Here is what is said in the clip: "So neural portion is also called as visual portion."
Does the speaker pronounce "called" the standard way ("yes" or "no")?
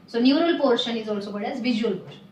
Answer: no